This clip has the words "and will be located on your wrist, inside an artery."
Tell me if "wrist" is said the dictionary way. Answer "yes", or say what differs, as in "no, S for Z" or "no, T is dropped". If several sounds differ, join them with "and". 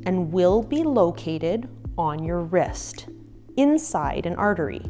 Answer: yes